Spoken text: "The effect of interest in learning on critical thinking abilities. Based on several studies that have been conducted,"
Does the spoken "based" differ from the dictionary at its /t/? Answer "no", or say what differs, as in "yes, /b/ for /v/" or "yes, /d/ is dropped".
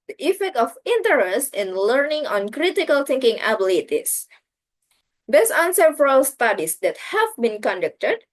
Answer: yes, /t/ is dropped